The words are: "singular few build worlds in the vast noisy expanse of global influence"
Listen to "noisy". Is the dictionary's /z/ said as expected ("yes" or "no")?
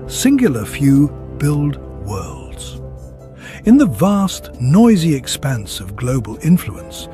yes